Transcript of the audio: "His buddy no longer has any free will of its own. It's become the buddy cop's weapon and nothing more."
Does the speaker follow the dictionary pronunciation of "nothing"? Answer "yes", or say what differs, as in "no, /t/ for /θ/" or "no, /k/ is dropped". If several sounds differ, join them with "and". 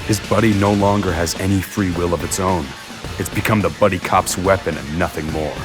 yes